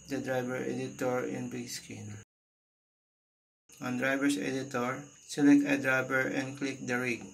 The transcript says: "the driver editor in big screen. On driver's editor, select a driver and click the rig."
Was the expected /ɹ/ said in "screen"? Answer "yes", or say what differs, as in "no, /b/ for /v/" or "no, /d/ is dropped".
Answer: no, /ɹ/ is dropped